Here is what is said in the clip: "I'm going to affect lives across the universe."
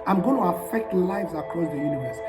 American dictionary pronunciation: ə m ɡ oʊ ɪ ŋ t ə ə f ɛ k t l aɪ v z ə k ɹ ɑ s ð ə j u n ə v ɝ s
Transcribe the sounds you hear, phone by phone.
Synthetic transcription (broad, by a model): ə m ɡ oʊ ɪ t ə ə f ɛ k t l aɪ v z ə k ɹ ɑ s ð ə j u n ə v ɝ s